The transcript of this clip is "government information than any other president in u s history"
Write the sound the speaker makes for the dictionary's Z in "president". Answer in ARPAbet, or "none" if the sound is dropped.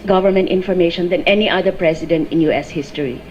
S